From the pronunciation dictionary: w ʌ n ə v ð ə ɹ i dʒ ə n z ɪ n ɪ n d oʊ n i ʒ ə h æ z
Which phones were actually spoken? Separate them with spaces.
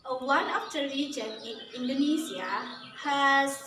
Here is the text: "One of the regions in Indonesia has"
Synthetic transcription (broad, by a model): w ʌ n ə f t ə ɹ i dʒ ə n ɪ n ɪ n d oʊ n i z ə h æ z